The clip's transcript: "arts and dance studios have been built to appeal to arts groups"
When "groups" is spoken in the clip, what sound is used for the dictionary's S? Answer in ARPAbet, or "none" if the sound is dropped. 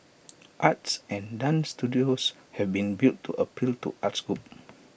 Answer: none